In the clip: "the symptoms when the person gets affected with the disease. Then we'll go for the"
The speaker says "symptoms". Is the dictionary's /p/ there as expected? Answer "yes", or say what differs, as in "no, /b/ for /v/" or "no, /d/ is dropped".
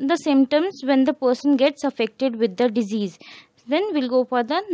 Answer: no, /p/ is dropped